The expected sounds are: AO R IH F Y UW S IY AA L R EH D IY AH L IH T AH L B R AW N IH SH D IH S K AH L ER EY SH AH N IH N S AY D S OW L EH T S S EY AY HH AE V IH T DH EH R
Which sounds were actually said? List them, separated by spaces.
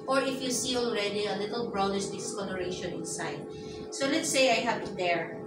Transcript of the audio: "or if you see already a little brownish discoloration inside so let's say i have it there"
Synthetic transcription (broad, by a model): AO R IH F Y UW S IY AA L R EH D IY AH L IH T AH L B R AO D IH S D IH S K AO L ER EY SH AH N IH N S AY D S OW L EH T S S EY AY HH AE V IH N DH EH R